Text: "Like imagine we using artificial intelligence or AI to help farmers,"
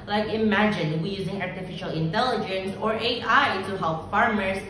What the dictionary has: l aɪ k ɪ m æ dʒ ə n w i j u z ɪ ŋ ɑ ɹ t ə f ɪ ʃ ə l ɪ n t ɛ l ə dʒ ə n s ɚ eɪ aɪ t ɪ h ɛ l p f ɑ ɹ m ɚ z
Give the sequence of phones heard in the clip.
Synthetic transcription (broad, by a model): l aɪ k ɪ m æ dʒ ə n w i j u z ɪ ŋ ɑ ɹ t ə f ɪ ʃ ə l ɪ n t ɛ l ə dʒ ə n s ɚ eɪ aɪ t ɪ h ɛ l p f ɑ ɹ m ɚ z